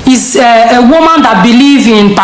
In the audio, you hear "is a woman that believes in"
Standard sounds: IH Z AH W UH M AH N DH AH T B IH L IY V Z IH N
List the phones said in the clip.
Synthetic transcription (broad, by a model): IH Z AH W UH M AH N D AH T B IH L IY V IH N